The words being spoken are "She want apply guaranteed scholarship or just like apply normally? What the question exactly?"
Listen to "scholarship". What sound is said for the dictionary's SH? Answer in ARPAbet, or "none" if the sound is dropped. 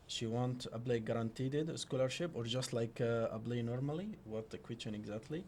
SH